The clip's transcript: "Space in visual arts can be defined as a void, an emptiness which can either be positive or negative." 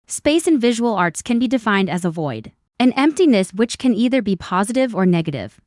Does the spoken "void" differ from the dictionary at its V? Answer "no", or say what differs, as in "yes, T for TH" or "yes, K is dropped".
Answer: no